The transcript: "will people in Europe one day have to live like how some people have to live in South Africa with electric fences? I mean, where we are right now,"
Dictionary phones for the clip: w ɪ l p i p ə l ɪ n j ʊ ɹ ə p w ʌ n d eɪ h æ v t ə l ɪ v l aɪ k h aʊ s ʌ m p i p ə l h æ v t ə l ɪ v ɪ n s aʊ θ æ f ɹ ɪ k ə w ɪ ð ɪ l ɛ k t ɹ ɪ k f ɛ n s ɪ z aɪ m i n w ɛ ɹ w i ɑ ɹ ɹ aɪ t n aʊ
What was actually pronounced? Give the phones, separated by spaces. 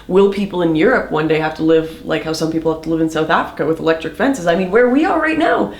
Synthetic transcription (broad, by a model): w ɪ l p i p l ɪ n j ʊ ɹ ə p w ʌ n d eɪ h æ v t ə l ɪ v l aɪ k h aʊ s ʌ m p i p l h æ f t ə l ɪ v ɪ n s aʊ θ æ f ɹ ɪ k ə w ɪ ð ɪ l ɛ k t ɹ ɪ k f ɛ n s ɪ z aɪ m i n w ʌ ɹ w i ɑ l ɹ aɪ t n aʊ